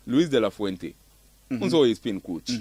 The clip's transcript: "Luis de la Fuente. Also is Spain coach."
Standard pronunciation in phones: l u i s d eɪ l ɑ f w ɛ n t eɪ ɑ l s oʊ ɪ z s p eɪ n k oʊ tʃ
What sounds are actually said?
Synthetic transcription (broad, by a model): l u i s d eɪ l ɑ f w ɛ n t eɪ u n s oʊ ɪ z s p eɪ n k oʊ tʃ